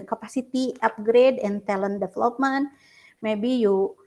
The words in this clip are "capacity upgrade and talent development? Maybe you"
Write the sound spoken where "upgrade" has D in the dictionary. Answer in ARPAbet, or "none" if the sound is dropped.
D